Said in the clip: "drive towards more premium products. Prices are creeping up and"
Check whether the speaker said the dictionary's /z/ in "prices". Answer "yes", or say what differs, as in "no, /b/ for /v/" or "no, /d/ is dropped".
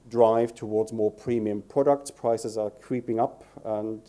yes